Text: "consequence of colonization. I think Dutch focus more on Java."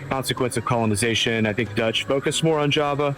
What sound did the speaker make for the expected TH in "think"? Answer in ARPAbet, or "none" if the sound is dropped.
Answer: TH